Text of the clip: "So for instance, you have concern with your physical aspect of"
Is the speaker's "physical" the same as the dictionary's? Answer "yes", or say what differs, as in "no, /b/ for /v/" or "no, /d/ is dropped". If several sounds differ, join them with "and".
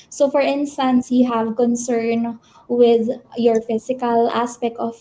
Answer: no, /s/ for /z/